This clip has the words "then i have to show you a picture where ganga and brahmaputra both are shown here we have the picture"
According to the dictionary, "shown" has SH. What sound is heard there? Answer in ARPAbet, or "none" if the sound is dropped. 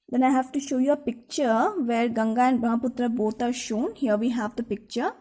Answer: SH